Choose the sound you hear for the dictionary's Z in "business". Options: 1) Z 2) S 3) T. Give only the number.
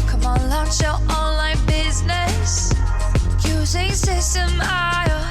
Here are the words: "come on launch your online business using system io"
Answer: 1